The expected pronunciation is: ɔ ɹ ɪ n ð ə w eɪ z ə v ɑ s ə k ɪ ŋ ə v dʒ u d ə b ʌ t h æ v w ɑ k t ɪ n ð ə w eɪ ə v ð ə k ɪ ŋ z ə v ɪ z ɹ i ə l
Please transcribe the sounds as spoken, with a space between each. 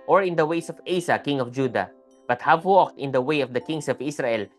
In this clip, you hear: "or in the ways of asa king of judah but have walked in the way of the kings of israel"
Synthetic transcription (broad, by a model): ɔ ɹ ɪ n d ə w eɪ s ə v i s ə k ɪ ŋ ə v dʒ u d ə b ʌ t h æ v w ɑ k t ɪ n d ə w eɪ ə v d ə k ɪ ŋ s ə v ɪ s ɹ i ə l